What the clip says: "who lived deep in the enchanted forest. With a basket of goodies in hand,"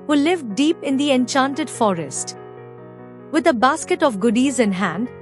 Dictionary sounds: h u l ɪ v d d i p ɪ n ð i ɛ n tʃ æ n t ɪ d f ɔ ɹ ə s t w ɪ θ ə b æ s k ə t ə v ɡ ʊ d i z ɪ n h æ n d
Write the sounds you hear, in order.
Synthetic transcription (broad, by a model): h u l ɪ v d d i p ɪ n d i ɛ n tʃ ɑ n t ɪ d f ɔ ɹ ə s t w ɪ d ə b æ s k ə t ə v ɡ ʊ d i z ɪ n h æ n d